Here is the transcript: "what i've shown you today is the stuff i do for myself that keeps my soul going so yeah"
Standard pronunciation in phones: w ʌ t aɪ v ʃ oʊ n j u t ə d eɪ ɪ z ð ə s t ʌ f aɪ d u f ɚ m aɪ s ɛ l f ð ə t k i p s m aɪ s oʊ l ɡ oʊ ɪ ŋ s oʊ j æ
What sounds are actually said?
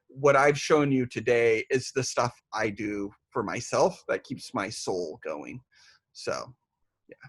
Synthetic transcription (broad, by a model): w ʌ t aɪ v ʃ oʊ n j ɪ t ə d eɪ ɪ z ð ə s t ʌ f aɪ d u f ɚ m aɪ s ɛ l f ð ə t k i p s m aɪ s oʊ l ɡ oʊ ɪ ŋ s oʊ j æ